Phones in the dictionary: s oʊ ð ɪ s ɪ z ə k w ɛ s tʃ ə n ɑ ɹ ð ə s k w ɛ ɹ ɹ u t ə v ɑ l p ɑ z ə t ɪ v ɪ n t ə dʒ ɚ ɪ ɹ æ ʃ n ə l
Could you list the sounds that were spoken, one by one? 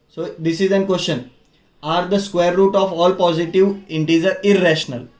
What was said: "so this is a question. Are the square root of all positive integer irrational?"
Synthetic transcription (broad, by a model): s oʊ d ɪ s ɪ z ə k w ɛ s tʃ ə n ɑ ɹ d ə s k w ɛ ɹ ɹ u t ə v ɑ l p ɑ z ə t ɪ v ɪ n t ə z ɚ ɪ ɹ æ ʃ n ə l